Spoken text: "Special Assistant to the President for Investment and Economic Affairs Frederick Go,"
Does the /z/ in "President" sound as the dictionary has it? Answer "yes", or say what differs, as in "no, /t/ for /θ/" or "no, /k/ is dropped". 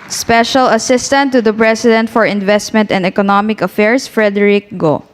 no, /s/ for /z/